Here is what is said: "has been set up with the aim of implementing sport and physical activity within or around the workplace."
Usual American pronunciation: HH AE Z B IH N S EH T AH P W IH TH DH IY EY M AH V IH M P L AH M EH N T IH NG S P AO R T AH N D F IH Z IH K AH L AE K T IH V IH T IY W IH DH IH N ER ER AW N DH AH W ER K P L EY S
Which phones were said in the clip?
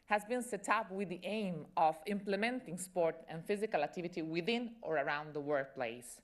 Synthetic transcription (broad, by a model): HH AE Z B IH N S EH T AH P W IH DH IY EY M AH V IH M P L AH M EH N T IH NG S P AO R T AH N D F IH Z IH K AH L AE K T IH V IH T IY W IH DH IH N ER ER AW N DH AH W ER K P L EY S